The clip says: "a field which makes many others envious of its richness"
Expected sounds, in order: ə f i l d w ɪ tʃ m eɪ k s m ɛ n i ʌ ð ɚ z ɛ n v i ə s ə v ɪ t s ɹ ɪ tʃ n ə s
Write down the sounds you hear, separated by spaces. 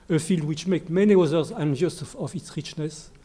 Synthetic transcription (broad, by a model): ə f i l d w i tʃ m eɪ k m ɛ n i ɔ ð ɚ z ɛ n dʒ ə s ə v ɪ t s ɹ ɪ tʃ n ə s